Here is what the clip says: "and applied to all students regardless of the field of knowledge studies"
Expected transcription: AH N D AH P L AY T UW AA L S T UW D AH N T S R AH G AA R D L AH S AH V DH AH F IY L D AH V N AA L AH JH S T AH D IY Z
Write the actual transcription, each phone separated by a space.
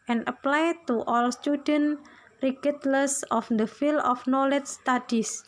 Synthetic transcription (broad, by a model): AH N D AH P L AY T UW AA L S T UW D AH N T R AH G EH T L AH S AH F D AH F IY L AH F N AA L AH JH S T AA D IY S